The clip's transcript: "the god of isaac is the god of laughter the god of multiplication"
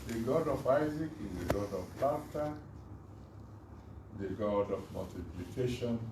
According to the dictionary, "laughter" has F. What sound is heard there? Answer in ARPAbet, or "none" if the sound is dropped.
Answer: none